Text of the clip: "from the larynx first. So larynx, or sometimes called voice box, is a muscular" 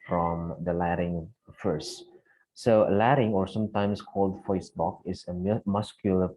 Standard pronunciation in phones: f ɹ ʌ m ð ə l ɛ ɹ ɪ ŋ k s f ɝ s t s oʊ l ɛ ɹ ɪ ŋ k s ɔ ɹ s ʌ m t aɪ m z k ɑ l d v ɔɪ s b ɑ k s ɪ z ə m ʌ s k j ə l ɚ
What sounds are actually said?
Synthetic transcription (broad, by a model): f ɹ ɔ m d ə l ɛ ɹ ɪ ŋ f ɝ s t s oʊ l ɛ ɹ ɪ ŋ ɔ ɹ s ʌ m t aɪ m s k ɑ l d f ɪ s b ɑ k ɪ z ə m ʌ s k j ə l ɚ